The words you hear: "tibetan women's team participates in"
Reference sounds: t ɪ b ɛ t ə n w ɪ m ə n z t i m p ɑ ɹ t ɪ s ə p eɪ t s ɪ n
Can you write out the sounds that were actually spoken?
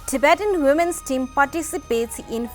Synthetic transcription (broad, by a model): t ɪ b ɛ t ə n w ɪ m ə n s t i m p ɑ ɹ t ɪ s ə p eɪ t s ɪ n